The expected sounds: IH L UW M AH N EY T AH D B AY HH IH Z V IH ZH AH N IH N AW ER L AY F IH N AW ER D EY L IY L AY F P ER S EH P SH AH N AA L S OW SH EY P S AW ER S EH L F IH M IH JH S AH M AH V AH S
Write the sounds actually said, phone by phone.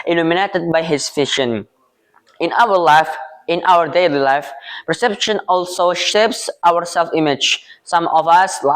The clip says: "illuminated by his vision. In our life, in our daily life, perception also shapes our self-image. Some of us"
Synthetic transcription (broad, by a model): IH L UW M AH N EY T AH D B AY HH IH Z F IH SH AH N IH N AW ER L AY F IH N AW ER D EY L IY L AY F P ER S EH P SH AH N AA L S OW SH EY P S AW ER S EH L F IH M IH JH S AH M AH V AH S